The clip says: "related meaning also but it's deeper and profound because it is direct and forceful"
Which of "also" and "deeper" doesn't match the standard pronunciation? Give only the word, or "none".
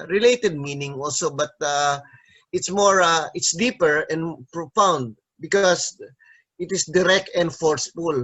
none